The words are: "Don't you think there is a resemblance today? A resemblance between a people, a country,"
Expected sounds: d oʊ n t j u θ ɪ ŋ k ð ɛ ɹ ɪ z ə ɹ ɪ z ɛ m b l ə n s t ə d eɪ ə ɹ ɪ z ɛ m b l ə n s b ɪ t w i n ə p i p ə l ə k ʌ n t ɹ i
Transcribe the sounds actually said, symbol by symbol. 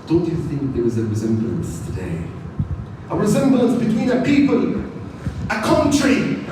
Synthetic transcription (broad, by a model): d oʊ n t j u θ ɪ ŋ k ð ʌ w ɪ z ə ɹ ɪ z ɛ m b l ə n s t ə d eɪ ə ɹ ɪ z ɛ m b l ə n s b ɪ t w i n ə p i p ə l ə k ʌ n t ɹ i